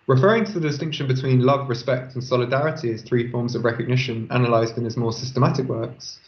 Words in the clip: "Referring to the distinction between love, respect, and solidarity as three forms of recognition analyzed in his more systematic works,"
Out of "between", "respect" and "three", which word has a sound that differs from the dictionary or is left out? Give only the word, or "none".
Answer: none